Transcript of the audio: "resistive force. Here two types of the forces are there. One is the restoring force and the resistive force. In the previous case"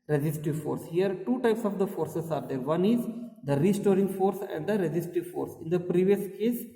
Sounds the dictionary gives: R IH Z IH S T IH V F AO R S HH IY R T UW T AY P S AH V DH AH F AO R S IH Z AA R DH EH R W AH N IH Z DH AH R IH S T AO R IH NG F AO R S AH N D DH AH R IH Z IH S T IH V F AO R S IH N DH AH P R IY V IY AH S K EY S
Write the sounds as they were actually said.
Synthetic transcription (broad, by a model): R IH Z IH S T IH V F AO R S HH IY R T UW T AY P S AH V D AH F AO R S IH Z AA R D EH R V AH N IH Z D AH R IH S T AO R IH NG F AO R S AH N D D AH R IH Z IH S T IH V F AO R S IH N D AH P R IY V IY AH S K EY S